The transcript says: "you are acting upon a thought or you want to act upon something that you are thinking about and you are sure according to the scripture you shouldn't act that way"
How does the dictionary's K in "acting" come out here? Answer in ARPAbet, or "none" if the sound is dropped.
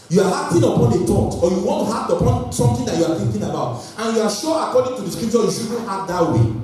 none